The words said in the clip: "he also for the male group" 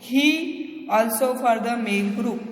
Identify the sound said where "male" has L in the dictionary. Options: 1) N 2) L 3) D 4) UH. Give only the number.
1